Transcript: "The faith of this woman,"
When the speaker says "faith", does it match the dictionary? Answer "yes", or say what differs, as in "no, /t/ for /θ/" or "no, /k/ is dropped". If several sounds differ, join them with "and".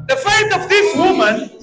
no, /t/ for /θ/